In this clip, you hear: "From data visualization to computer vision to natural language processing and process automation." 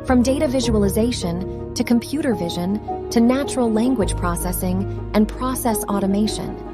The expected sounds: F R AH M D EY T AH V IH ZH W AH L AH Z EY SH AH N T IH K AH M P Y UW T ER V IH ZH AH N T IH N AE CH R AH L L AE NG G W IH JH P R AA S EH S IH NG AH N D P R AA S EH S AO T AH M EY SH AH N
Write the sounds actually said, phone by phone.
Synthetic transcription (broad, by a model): F R AH M D EY T AH V IH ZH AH L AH Z EY SH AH N T IH K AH M P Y UW T ER V IH ZH AH N T IH N AE CH R L L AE NG G W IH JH P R AA S EH S IH NG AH N P R AA S EH S AO T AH M EY SH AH N